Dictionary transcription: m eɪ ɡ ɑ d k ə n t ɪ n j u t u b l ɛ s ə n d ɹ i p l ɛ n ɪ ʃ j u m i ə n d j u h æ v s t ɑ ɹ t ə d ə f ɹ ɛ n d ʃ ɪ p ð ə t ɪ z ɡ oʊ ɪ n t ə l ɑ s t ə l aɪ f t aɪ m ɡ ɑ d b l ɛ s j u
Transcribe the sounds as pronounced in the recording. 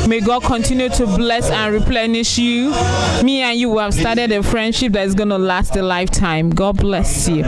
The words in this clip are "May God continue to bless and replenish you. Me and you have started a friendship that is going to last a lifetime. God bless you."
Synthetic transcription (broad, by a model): m eɪ ɡ ɑ d k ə n t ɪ n j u t u b l ɛ s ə n ɹ i p l ɛ n ɪ ʃ j u m i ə n j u h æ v s t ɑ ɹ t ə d ə f ɹ ɛ n d ʃ ɪ p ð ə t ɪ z ɡ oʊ n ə l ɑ s t ə l aɪ f t aɪ m ɡ ɑ d b l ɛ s j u